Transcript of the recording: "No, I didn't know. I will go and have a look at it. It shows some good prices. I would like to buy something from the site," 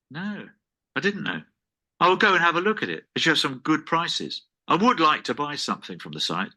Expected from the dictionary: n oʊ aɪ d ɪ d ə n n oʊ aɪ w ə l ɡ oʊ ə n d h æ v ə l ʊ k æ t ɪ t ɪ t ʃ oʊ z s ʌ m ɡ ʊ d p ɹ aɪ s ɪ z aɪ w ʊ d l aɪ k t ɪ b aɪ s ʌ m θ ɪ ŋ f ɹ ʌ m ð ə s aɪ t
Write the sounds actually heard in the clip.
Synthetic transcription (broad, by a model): n oʊ aɪ d ɪ d n n oʊ aɪ w ə l ɡ oʊ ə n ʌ v ə l ʊ k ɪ t ɪ t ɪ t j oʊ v s ʌ m ɡ ʊ d p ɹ aɪ s ɪ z aɪ w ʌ d l aɪ k t ɪ b aɪ s ʌ m θ ɪ ŋ f ɹ ʌ m ð ə s aɪ t